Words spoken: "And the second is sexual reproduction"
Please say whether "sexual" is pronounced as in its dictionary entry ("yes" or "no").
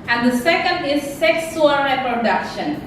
no